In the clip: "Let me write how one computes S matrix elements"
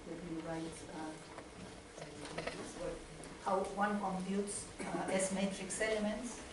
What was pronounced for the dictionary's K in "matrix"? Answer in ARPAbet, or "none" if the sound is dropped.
K